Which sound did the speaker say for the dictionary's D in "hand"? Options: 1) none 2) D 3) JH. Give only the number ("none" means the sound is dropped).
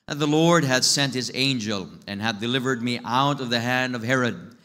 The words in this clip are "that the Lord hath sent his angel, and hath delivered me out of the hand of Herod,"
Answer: 2